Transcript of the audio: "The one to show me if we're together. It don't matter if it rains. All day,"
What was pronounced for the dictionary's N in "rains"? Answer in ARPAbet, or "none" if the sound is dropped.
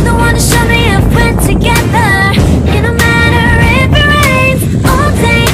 none